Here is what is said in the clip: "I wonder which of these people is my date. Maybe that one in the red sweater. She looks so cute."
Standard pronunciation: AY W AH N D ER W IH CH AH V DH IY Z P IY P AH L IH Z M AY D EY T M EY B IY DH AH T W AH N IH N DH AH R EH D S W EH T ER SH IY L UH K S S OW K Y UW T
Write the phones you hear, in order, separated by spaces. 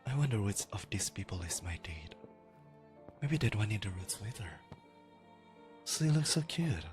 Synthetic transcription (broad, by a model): AY W AH N D ER W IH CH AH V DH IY S P IY P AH L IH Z M AY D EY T M EY B IY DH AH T W AH N IH N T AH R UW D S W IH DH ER S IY L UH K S S OW K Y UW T